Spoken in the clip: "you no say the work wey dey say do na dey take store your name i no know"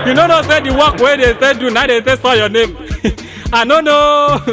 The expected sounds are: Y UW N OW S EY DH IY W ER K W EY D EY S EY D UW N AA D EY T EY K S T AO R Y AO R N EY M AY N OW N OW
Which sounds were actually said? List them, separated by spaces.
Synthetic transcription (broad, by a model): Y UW N OW S EY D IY W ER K W EY D EY S EY D UW N AA D EY S EY S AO Y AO N EY M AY N OW N OW